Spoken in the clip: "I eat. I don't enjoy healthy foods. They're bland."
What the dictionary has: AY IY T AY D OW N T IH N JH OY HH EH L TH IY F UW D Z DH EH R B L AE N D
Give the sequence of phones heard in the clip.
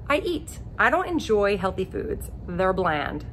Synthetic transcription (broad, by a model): AY IY T AY D OW N T IH N JH OY HH EH L TH IY F UW D Z DH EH R B L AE N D